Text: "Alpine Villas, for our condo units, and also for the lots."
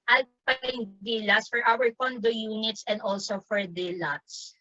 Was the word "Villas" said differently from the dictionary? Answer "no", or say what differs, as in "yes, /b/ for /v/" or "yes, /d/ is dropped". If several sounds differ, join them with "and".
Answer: yes, /s/ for /z/